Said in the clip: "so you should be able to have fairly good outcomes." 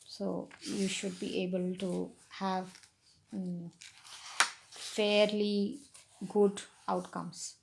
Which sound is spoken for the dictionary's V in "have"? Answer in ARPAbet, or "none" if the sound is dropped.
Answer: V